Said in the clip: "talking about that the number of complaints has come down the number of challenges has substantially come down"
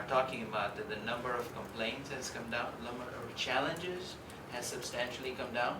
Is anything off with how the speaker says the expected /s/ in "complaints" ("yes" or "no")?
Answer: no